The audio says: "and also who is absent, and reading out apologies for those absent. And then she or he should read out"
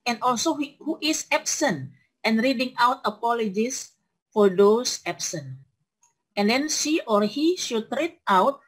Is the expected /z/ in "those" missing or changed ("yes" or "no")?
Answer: yes